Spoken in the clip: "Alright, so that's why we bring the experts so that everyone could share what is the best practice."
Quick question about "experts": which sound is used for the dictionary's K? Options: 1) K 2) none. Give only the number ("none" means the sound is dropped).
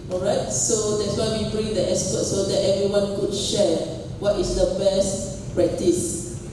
2